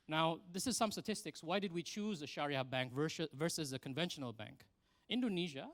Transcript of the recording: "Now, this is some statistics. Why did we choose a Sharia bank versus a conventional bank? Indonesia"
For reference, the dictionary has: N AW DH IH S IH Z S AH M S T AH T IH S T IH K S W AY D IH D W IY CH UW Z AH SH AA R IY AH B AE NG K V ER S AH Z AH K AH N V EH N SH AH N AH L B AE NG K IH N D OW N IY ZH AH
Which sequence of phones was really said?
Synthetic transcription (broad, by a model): N AW DH IH S IH Z S AH M S T AH T IH S T IH K S W AY D IH D W IY CH UW Z AH SH AA R IY AH B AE NG K V ER S AH Z AH K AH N V EH N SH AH N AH L B AE NG K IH N D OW N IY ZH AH